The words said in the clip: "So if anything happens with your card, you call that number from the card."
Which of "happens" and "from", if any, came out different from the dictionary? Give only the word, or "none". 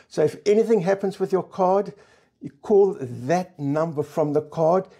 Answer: none